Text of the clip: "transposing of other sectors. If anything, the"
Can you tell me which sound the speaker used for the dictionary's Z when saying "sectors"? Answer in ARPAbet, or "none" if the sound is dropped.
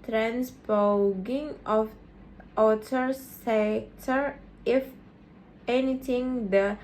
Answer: none